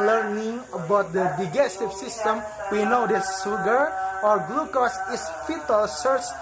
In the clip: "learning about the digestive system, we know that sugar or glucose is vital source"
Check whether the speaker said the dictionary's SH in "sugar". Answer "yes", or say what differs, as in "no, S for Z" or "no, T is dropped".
no, S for SH